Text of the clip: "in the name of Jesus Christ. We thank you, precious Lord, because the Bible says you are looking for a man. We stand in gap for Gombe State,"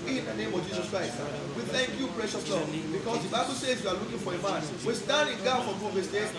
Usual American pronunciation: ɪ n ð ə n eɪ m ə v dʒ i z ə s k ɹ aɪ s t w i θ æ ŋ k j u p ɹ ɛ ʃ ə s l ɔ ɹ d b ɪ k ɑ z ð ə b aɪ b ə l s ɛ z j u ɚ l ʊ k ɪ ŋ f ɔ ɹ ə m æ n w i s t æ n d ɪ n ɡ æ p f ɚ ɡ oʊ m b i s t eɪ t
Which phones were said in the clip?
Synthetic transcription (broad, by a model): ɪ n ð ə n eɪ m ə v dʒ i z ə s k ɹ aɪ s t w i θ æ ŋ k j u p ɹ ɛ ʃ ə s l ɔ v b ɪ k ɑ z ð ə b aɪ b ə l s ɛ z j u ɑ l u k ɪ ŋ f ɔ ɹ ə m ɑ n w i s t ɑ n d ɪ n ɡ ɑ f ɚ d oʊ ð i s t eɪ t